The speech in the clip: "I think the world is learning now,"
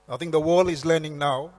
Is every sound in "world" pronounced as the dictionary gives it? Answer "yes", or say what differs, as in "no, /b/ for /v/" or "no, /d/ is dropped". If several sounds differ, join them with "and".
no, /d/ is dropped